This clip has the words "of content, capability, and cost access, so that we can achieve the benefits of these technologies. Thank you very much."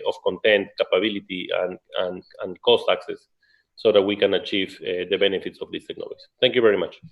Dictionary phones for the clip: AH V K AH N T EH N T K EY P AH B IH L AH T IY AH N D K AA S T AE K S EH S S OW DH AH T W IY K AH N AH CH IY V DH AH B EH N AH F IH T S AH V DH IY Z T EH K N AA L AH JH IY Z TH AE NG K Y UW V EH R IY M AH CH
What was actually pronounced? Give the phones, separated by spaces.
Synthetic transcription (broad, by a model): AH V K AH N T EH N T K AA P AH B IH L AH T IY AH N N K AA S T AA K S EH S S OW DH AH T W IY K AH N AH CH IY V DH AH B EH N AH F IH T S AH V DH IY S T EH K N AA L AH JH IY TH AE NG K Y UW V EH R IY M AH CH